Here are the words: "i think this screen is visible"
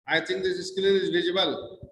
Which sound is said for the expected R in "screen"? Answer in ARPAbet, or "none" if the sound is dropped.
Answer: L